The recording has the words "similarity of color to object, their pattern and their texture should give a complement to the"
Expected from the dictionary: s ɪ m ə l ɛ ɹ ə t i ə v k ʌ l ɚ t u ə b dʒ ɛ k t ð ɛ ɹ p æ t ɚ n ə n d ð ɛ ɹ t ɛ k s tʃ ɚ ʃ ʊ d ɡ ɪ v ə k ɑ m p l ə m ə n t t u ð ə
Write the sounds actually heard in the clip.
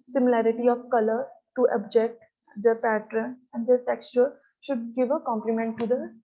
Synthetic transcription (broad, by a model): s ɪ m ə l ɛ ɹ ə t i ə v k ʌ l ɚ t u ə b dʒ ɛ k t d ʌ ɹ p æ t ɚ n ə n d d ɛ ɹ t ɛ k s tʃ ɚ ʃ ʊ d ɡ ɪ v ə k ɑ m p l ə m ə n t t u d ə